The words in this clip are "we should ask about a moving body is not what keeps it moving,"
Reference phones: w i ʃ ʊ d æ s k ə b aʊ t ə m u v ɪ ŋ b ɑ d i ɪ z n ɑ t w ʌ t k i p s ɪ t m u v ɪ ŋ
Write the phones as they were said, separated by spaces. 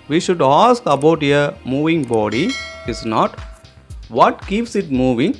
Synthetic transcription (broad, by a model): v i ʃ ʊ d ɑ s k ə b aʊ t ə m u v ɪ ŋ b ɑ d i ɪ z n ɑ t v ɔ t k i p s ɪ t m u v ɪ ŋ